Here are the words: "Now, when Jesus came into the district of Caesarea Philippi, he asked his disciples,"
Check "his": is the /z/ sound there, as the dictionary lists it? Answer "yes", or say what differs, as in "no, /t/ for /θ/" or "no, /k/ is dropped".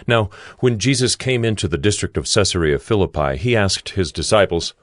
yes